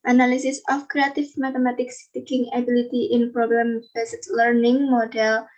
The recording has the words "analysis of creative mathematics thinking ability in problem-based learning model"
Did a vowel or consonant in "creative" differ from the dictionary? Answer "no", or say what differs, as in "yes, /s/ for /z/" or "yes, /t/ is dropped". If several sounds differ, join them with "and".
yes, /f/ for /v/